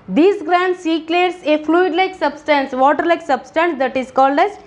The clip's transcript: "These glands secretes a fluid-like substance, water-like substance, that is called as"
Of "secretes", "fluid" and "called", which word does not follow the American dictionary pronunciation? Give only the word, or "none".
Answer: secretes